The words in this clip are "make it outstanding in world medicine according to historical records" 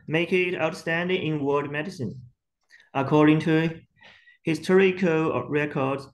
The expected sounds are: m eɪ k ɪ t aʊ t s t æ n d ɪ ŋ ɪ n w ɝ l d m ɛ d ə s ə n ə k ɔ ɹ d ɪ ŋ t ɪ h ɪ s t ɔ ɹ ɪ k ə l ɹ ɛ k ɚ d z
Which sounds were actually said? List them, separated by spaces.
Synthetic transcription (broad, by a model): m eɪ k ɪ t aʊ t s t æ n d ɪ ŋ ɪ n w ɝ d m ɛ d ə s ə n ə k ɔ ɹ d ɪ ŋ t ɪ h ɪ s t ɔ ɹ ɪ k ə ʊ ɹ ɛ k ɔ d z